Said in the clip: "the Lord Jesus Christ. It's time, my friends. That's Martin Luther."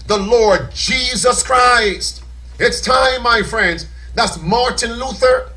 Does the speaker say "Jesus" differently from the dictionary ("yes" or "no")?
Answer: no